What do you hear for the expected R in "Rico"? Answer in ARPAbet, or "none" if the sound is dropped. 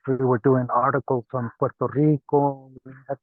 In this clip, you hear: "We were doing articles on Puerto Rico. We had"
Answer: R